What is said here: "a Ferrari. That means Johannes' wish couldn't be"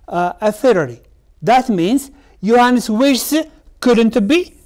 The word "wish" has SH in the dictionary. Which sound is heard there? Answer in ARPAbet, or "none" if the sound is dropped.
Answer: S